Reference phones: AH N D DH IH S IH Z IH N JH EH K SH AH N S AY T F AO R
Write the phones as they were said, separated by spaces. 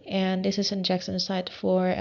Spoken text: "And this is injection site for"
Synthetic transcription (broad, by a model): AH N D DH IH S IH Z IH N JH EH K S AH N S AY T F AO R